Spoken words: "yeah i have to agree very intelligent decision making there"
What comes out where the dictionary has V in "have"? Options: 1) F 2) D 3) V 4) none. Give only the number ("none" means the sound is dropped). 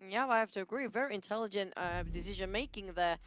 1